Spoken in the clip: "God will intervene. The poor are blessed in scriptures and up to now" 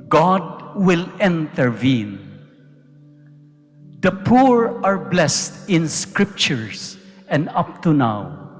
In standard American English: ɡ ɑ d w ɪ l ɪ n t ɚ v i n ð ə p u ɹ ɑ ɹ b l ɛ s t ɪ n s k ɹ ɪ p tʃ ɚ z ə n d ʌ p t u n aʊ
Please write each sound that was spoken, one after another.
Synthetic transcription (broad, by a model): ɡ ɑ d w ɪ l ɪ n t ɚ v i n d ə p u ɹ ɑ ɹ b l ɛ s t ɪ n s k ɹ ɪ p tʃ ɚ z ə n d ʌ p t u n aʊ